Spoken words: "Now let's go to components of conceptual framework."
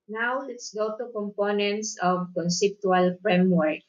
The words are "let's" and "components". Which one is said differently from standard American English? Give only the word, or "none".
none